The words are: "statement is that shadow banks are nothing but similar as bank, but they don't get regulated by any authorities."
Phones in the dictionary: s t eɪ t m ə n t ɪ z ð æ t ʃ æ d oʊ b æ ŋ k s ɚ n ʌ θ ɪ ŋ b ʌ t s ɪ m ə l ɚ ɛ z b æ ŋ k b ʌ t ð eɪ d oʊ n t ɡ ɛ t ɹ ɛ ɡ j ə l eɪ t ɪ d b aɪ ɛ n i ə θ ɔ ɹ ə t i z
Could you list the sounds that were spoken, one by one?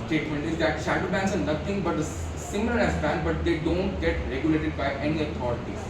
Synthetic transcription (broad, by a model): s t eɪ t m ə n t ɪ z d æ t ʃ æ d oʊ b æ ŋ k s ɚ n ʌ t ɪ ŋ b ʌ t s ɪ m ə l ɚ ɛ s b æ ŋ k b ʌ t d eɪ d oʊ n t ɡ ɛ t ɹ ɛ ɡ j ə l eɪ t ɪ d b aɪ ɛ n i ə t ɔ ɹ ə t i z